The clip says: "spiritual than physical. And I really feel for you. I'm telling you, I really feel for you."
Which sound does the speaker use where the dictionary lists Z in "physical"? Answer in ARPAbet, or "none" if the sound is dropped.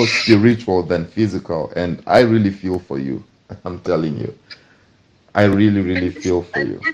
Z